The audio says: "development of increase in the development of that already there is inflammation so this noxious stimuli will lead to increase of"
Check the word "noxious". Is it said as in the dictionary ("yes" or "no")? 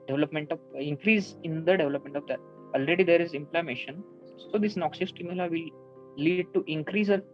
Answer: no